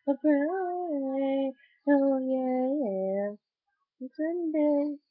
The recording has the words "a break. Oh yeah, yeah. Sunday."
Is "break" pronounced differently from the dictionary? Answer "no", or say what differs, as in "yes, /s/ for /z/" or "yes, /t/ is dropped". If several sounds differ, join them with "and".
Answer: yes, /k/ is dropped